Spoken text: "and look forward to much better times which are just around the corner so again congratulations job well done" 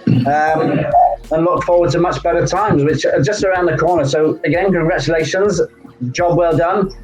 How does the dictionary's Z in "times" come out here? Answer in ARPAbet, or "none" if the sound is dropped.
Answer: Z